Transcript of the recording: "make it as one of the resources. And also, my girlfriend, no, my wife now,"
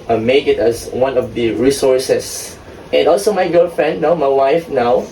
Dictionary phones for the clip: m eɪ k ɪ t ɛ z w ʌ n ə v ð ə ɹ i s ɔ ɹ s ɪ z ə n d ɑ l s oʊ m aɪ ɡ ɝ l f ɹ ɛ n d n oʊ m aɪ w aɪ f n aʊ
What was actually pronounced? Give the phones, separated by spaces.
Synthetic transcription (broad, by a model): m eɪ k ɪ t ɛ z w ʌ n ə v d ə ɹ i s ɔ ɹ s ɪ s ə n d ɑ l s oʊ m aɪ ɡ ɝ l f ɹ ɛ n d n oʊ m aɪ w aɪ f n aʊ